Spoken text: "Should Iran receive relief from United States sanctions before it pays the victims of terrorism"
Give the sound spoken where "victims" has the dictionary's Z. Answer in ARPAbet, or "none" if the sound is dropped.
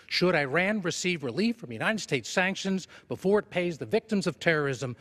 Z